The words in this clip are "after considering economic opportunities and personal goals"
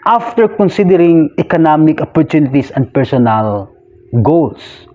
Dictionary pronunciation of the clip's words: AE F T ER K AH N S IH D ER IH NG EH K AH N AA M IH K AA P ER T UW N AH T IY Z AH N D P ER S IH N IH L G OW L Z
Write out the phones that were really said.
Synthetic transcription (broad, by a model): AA F T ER K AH N S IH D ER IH NG EH K AH N AA M IH K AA P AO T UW N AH T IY S AH N D P ER S IH N IH L G OW L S